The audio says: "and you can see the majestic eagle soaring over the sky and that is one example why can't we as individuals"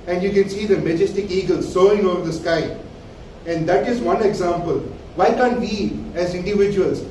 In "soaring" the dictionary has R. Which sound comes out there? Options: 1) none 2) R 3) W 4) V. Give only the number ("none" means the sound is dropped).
1